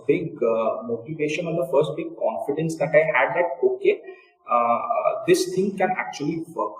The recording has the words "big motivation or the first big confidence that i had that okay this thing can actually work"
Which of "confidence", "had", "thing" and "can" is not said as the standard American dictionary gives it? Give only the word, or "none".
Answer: thing